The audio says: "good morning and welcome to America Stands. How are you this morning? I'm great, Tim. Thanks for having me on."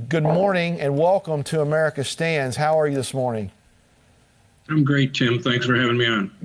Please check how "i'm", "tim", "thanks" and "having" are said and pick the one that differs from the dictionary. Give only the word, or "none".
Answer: none